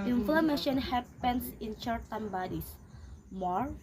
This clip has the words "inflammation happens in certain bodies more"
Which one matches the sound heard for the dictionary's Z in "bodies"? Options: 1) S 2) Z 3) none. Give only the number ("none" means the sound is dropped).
1